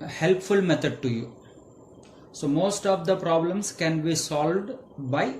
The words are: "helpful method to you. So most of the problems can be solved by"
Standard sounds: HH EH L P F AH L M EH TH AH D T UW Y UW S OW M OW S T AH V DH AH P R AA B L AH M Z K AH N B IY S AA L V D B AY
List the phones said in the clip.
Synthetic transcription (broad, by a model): HH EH L P F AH L M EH T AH D T UW Y UW S OW M OW S T AH V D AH P R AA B L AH M S K AH N B IY S AA L V D B AY